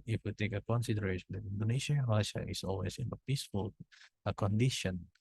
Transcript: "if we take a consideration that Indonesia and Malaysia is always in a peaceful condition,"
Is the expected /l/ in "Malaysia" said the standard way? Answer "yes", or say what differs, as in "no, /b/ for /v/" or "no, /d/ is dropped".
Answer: no, /l/ is dropped